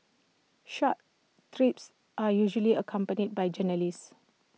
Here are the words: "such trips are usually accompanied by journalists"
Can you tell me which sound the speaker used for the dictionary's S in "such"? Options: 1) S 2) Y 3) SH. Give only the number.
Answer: 3